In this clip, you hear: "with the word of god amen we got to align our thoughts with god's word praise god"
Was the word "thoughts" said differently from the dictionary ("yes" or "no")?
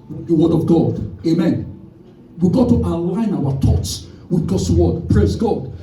yes